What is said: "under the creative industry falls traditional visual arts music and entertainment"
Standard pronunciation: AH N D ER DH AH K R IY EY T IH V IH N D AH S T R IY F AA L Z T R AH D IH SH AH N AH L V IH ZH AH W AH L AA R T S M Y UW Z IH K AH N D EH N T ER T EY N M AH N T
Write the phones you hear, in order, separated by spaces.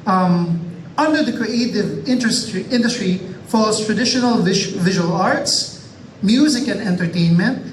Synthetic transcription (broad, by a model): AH N D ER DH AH K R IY EY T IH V IH N D AH S T R IY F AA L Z T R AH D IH SH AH N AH L V IH ZH AH W AH L AA R T S M Y UW Z IH K AH N D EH N T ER T EY N M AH N T